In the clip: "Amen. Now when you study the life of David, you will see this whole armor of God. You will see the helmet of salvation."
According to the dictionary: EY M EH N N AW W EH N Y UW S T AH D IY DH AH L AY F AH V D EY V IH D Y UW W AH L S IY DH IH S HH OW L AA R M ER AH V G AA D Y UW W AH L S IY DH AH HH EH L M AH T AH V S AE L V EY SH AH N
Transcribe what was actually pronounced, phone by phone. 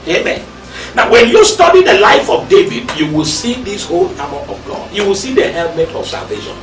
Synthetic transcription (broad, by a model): EY M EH N N AW W EH N Y UW S T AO D IY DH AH L AY F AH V D EY V IH D Y UW W AH L S IY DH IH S HH OW L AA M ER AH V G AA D Y UW W AH L S IY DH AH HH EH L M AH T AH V S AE L V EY SH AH N